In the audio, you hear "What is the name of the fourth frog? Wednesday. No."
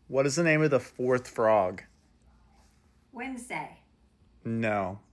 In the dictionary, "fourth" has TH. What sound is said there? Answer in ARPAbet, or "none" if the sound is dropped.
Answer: TH